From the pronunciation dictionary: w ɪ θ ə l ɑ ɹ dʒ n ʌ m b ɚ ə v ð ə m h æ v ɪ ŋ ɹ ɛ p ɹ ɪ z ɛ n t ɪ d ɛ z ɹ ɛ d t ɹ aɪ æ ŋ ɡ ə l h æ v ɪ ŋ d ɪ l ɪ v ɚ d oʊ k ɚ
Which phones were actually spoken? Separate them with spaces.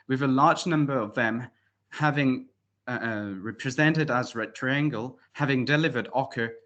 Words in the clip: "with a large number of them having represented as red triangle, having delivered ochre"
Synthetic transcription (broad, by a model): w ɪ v ə l ɑ ɹ dʒ n ʌ m b ɚ ə v ð ə m h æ v ɪ ŋ ɹ ɛ p ɹ ɪ z ɛ n t ɪ d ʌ z ɹ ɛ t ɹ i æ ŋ ɡ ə l h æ v ɪ ŋ d ɪ l ɪ v ɚ d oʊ k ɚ